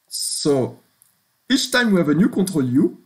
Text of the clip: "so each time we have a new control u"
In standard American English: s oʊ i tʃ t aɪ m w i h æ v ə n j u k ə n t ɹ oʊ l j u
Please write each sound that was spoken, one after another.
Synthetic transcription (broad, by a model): s oʊ i tʃ t aɪ m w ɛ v ə n j u k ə t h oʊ l j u